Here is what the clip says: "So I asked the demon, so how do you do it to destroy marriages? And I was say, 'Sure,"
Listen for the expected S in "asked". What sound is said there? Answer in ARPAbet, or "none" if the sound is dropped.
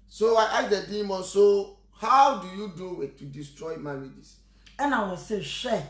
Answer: none